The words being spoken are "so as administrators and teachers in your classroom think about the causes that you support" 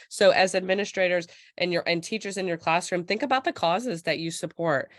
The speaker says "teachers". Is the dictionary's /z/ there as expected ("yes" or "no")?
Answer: yes